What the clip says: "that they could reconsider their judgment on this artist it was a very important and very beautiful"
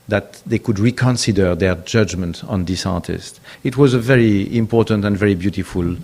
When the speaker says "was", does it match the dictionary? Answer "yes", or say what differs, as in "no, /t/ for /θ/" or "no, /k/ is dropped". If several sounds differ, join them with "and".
yes